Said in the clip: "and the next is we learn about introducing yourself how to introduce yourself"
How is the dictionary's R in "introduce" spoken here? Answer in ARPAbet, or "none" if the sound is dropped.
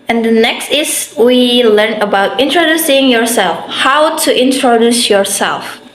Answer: R